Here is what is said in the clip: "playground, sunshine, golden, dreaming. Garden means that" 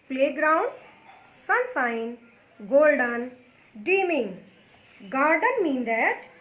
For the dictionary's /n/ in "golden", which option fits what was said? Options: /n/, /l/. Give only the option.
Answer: /n/